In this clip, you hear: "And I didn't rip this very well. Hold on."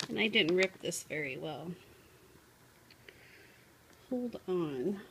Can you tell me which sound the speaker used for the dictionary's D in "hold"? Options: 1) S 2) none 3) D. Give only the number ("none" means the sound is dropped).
3